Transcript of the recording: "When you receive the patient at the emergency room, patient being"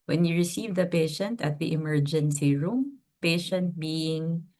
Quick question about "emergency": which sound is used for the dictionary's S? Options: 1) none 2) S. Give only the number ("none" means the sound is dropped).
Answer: 2